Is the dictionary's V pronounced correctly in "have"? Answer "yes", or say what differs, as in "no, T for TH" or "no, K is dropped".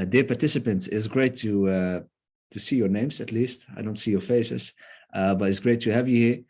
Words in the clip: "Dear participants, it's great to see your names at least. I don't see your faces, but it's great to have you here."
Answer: yes